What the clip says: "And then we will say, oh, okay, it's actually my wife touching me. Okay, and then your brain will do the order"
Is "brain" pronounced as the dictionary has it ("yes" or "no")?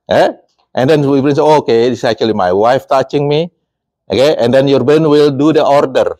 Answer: no